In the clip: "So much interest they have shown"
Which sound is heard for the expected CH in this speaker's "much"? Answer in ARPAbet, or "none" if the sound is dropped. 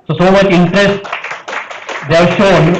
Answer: CH